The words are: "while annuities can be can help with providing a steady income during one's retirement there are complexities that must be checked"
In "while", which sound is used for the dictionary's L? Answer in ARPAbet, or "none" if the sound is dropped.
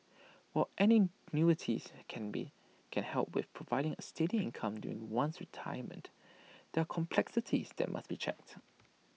N